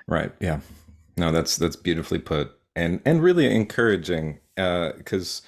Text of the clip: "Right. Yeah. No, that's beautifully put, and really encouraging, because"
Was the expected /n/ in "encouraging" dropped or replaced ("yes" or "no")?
no